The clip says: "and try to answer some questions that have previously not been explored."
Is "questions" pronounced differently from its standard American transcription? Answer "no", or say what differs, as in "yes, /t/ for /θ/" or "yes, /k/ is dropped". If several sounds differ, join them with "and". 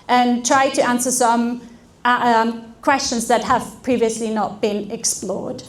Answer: no